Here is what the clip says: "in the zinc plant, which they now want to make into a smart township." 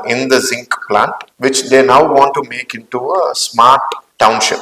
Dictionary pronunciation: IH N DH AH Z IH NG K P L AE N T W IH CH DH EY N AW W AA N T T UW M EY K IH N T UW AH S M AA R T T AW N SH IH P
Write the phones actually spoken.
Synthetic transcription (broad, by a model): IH N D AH Z IH NG K P L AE N T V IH CH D EY N AW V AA N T T UW M EY K IH N T UW AH S M AA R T T AW N SH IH P